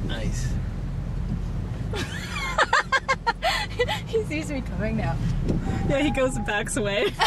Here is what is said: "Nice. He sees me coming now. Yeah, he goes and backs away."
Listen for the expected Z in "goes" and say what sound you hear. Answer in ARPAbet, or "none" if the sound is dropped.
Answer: none